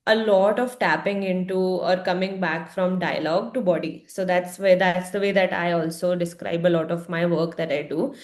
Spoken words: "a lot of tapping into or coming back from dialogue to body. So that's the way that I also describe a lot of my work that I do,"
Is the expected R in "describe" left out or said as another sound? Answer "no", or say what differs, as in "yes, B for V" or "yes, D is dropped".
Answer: no